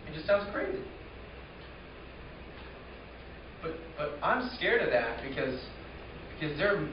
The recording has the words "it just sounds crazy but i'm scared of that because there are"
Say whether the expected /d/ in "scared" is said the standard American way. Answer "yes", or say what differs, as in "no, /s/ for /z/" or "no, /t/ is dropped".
yes